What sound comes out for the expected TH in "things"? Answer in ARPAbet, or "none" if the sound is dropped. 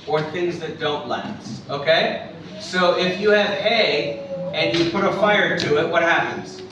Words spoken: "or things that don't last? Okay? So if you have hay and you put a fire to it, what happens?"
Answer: TH